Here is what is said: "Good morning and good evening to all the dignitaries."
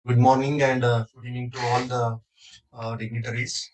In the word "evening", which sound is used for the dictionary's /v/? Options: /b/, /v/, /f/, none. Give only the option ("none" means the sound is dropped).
none